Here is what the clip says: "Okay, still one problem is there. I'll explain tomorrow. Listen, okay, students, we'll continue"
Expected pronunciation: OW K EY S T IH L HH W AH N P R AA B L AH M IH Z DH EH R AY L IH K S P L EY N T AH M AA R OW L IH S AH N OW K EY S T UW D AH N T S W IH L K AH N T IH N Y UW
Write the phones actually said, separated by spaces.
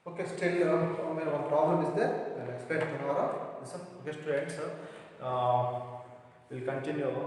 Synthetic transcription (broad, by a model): OW K EY S T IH L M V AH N P R AA B L AH M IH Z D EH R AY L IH K S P EY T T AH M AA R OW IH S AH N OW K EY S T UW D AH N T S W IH L K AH N T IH N Y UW